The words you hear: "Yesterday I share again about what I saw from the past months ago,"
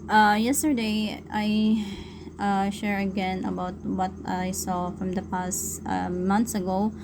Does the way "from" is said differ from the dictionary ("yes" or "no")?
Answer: no